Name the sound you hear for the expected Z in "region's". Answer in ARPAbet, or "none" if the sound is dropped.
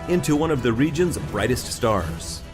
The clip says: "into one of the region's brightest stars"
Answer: Z